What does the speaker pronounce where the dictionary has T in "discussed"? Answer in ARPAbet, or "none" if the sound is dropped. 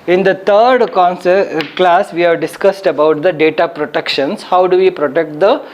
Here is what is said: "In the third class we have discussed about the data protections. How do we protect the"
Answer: T